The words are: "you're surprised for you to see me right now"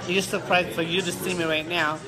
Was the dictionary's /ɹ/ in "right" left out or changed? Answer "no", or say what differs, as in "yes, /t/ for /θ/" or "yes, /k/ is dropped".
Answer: no